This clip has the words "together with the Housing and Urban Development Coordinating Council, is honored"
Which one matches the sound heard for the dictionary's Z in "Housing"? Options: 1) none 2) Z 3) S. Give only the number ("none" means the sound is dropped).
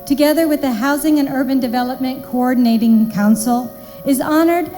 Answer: 2